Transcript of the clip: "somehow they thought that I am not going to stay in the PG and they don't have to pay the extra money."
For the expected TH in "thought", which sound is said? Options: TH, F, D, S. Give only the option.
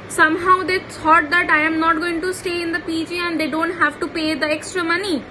S